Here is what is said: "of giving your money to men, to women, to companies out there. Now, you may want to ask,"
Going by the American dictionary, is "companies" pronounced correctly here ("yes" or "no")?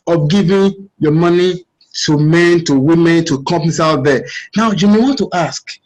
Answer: no